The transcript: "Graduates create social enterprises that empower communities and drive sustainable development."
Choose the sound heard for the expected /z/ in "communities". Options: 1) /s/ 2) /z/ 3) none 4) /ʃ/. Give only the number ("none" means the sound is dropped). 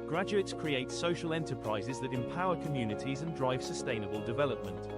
2